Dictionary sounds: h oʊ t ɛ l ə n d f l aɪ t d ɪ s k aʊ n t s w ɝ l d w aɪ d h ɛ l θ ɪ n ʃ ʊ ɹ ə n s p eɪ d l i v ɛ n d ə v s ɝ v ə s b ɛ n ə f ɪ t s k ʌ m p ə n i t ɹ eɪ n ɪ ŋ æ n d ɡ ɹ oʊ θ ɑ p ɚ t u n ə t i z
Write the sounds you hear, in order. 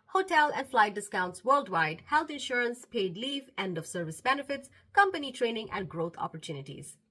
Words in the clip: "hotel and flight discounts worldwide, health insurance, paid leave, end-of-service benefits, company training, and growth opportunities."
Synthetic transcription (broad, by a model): h oʊ t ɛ l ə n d f l aɪ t d ɪ s k aʊ n t s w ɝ l d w aɪ d h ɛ l t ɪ n ʃ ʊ ɹ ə n s p eɪ d l i v ɛ n d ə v s ɝ v ə s b ɛ n ə f ɪ t s k ʌ m p ə n i t ɹ eɪ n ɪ ŋ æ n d ɡ ɹ oʊ t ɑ p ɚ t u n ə t i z